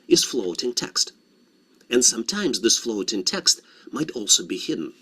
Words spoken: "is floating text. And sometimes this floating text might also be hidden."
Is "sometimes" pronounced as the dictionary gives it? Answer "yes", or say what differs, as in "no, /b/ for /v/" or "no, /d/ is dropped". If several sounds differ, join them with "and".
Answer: yes